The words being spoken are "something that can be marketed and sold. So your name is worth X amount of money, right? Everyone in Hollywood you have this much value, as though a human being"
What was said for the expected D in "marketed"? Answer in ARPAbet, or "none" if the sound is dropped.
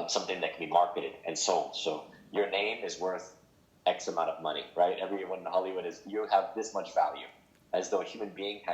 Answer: D